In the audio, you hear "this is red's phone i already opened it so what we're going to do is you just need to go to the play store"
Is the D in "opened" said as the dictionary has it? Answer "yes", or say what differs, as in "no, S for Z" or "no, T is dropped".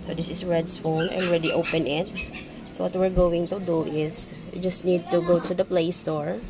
no, D is dropped